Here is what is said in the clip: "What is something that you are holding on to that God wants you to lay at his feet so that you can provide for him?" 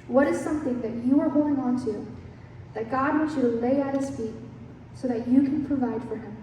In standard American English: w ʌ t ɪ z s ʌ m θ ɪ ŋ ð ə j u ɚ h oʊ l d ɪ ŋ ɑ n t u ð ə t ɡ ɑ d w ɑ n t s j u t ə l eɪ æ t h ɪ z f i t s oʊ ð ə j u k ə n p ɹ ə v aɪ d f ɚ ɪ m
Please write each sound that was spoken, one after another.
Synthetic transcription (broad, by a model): w ʌ t ɪ z s ʌ m θ ɪ ŋ ð ə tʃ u ɚ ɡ oʊ ɪ ŋ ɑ n t u ð ə t ɡ ɑ d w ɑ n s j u t ə l eɪ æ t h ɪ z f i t s oʊ ð ə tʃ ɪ k ə n p ɹ ə v aɪ d f ɚ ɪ m